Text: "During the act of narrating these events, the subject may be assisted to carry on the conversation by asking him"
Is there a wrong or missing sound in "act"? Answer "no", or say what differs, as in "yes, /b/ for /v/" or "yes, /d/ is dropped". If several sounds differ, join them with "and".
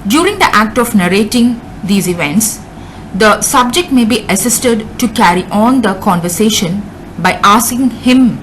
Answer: no